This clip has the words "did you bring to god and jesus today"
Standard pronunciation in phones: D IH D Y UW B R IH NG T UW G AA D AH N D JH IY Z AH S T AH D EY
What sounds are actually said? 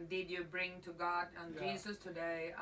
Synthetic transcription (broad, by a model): D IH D Y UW B R IH NG T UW G AA D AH N JH IY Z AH S T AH D EY